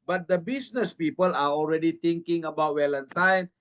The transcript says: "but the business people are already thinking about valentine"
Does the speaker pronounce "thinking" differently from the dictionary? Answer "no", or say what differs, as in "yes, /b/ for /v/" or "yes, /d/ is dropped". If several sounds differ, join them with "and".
yes, /t/ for /θ/